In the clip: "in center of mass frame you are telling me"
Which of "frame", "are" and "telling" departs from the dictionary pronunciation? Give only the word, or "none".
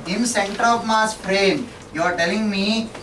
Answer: frame